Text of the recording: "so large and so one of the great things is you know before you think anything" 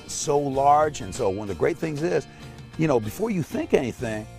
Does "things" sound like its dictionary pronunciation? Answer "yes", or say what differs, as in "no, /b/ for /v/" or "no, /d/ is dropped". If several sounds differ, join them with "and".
yes